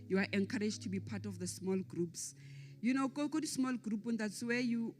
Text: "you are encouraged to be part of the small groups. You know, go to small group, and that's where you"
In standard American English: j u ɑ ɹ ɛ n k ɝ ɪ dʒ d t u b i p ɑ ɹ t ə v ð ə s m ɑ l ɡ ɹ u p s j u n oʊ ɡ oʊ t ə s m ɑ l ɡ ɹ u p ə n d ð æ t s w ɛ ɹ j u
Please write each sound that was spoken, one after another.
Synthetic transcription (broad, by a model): j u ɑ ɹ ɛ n k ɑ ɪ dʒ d t u b i p ɑ t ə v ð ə s m ɑ l ɡ ɹ u p s j u n oʊ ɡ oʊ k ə s m ɑ l ɡ ɹ u p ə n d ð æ t s w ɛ j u